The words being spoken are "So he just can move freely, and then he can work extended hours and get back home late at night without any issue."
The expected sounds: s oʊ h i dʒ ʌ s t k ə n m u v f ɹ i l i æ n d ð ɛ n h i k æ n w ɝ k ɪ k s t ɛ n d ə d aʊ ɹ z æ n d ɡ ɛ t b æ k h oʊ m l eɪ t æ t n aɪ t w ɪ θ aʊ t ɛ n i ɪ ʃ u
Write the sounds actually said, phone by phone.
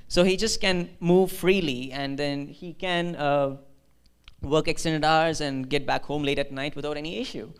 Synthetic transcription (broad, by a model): s oʊ h i dʒ ʌ s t k ə n m u v f ɹ i l i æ n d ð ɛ n h i k æ n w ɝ k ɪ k s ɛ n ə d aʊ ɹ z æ n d ɡ ɛ t b æ k h oʊ m l eɪ t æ t n aɪ t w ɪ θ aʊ t ɛ n i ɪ ʃ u